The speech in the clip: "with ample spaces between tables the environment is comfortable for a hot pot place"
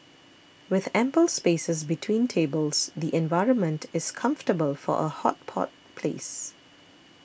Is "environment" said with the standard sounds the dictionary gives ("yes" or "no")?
yes